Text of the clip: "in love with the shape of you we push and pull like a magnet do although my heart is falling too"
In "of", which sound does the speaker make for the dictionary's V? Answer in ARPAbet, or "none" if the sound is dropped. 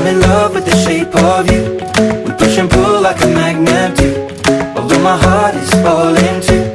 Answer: V